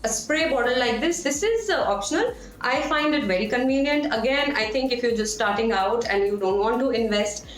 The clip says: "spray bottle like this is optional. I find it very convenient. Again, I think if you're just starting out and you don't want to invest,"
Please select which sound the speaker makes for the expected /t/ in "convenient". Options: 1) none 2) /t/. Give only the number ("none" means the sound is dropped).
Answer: 2